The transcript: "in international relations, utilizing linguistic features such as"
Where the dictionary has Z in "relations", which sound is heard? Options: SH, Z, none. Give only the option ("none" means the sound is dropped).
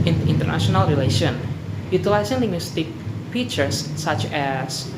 none